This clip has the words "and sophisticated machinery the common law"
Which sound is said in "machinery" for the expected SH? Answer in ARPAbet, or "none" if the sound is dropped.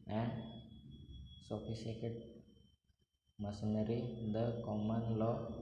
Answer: S